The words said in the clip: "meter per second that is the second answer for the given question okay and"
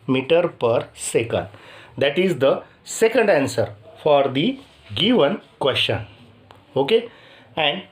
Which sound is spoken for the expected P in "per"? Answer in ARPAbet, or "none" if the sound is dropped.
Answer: P